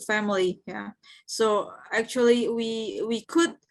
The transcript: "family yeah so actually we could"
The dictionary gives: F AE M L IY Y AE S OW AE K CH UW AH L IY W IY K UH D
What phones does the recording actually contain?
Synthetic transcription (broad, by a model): F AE M L IY Y AE S OW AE K CH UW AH W IY W IY K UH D